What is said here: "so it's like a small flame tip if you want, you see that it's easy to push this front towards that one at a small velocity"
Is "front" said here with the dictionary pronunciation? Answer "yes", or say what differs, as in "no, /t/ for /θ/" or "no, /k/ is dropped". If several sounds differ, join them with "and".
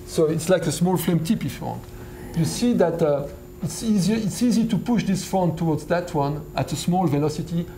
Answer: no, /ɹ/ is dropped